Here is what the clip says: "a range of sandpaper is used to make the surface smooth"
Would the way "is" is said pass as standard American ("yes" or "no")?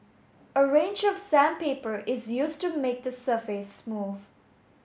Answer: yes